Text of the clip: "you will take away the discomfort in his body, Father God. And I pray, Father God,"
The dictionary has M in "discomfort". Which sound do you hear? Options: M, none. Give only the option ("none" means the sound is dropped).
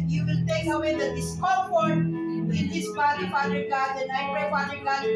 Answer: none